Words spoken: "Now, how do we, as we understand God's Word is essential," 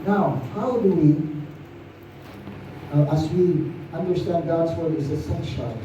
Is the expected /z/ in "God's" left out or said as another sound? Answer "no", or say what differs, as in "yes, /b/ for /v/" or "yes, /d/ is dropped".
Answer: no